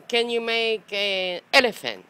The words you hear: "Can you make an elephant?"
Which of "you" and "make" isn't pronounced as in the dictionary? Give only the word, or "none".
make